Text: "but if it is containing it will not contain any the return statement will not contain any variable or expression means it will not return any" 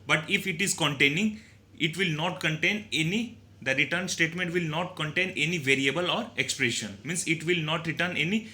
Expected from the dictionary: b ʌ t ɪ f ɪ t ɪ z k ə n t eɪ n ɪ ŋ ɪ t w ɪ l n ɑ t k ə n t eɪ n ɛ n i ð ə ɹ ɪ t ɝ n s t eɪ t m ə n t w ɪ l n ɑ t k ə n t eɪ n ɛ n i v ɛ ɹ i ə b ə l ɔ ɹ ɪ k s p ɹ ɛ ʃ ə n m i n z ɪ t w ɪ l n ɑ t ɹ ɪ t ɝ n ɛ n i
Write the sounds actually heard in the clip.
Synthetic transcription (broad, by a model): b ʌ t ɪ f ɪ t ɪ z k ə n t eɪ n ɪ ŋ ɪ t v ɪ l n ɑ t k ə n t eɪ n ɛ n i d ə ɹ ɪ t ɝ n s t eɪ t m ə n t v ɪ l n ɑ t k ə n t eɪ n ɛ n i v ɛ ɹ i ə b ə l ɔ ɹ ɪ k s p ɹ ɛ ʃ ə n m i n s ɪ t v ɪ l n ɑ t ɹ ɪ t ɝ n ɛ n i